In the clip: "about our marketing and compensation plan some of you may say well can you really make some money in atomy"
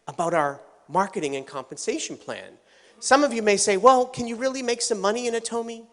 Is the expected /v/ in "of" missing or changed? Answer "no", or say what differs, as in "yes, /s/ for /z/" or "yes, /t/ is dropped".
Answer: no